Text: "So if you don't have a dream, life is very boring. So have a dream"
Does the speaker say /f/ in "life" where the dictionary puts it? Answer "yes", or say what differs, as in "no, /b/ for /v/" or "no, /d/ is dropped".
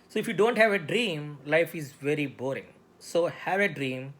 yes